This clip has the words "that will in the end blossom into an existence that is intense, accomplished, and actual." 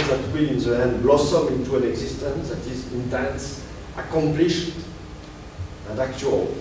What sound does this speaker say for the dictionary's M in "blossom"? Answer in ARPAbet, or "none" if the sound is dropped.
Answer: M